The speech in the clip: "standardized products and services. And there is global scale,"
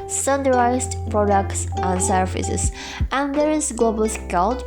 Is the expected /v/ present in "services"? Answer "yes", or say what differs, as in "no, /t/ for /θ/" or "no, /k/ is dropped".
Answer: no, /f/ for /v/